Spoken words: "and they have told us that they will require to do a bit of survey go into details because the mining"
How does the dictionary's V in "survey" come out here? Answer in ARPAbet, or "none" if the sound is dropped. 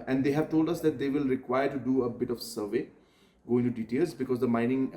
V